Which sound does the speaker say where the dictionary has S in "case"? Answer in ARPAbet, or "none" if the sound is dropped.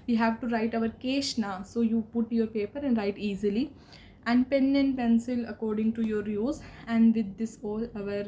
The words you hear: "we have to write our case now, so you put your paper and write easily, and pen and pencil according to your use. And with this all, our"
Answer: SH